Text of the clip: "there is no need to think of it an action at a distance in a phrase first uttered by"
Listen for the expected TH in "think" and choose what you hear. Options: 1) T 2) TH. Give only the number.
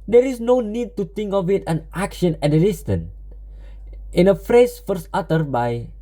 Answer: 1